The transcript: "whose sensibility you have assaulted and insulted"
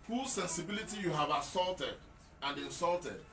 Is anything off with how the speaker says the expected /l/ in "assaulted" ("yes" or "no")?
no